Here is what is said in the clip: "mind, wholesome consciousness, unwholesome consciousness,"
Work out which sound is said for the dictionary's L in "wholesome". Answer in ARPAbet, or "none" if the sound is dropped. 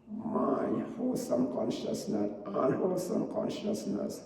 none